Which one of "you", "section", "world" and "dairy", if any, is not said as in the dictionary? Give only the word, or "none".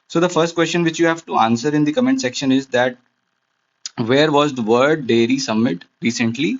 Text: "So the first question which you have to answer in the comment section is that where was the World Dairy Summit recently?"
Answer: world